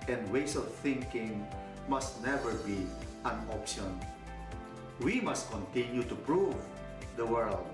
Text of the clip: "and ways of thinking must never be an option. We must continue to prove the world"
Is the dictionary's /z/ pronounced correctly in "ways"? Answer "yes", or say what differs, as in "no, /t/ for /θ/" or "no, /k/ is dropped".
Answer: no, /s/ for /z/